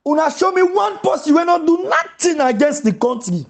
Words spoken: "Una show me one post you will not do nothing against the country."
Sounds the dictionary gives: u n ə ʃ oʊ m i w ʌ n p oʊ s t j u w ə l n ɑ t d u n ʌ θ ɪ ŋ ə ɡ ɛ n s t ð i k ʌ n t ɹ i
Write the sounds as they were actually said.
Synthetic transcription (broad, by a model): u n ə ʃ oʊ m i w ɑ n p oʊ s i w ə n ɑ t d u n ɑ t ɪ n ə ɡ ɛ n s t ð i k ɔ n t ɹ i